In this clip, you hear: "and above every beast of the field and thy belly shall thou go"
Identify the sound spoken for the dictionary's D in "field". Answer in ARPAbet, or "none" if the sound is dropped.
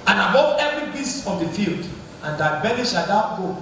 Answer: D